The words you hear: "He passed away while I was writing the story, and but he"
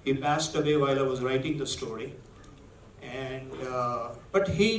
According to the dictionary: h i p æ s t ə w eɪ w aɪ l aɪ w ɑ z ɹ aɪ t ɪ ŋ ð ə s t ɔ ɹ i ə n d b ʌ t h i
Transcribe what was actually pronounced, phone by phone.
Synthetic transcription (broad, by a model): h i p æ s t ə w eɪ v aɪ l aɪ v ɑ z ɹ aɪ t ɪ ŋ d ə s t ɔ ɹ i ə n d b ʌ t h i